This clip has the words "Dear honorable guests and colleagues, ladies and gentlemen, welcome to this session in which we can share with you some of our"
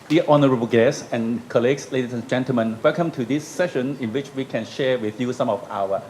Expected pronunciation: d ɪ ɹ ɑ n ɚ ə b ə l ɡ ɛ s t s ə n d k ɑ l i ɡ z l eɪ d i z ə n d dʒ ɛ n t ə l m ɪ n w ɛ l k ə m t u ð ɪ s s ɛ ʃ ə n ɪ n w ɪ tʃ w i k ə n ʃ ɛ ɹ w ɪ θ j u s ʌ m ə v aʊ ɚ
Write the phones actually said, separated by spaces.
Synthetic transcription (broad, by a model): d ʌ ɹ ɑ n ɚ ə b ə l ɡ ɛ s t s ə n k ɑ l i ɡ s l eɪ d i s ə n dʒ ɛ n t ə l m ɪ n w ɛ l k ə m t u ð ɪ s s ɛ ʃ ə n ɪ n w ɪ tʃ w i k ə n ʃ ɛ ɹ w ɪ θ j u s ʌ m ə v aʊ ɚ